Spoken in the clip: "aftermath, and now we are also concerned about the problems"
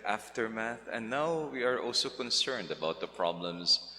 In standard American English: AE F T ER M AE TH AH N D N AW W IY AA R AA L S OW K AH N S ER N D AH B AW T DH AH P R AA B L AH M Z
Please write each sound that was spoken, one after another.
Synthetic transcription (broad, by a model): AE F T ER M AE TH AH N N AW W IY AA R AA L S OW K AH N S ER N D AH B AW T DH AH P R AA B L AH M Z